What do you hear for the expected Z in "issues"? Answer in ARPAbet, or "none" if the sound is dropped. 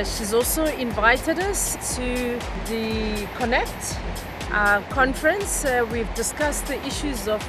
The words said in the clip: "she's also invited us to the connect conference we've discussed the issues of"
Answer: Z